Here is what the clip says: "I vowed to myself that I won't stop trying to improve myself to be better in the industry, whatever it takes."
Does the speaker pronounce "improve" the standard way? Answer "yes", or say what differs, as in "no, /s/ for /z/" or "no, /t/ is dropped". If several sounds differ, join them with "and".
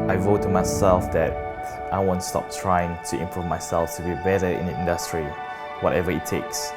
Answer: yes